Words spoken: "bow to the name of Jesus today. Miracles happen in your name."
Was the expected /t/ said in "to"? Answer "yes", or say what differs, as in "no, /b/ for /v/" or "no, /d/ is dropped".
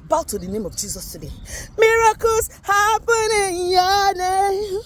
yes